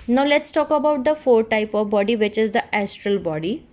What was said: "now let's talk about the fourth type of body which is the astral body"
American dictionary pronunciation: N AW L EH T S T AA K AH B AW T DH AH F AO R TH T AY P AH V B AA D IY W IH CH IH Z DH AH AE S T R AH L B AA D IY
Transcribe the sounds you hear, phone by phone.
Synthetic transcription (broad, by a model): N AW L EH T S T AA K AH B AW T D AH F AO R T AY P AH V B AA D IY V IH CH IH Z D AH AE S T R AH L B AA D IY